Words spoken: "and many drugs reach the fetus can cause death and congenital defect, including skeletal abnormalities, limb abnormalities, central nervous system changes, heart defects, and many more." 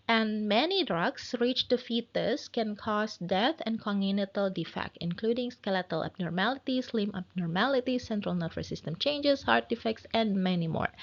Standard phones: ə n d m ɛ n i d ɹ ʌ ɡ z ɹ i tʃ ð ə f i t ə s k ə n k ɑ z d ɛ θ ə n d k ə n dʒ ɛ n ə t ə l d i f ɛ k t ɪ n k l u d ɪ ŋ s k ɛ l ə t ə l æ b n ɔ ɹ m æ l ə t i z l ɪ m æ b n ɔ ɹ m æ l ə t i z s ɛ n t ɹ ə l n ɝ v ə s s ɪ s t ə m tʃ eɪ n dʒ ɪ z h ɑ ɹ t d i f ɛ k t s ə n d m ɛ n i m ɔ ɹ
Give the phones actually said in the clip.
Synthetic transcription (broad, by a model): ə n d m ɛ n i d ɹ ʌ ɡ s ɹ i tʃ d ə f i t ə s k ə n k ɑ s d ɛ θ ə n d k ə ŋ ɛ n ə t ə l d i f ɛ k t ɪ n k l u d ɪ ŋ s k ɛ l ə t ə l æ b n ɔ ɹ m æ l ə t i s l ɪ m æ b n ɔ ɹ m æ l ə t i s ɛ n t ɹ ə l n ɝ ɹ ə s s ɪ s t ə m tʃ eɪ n dʒ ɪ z h ɑ ɹ t d i f ɛ k t s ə n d m ɛ n i m ɔ ɹ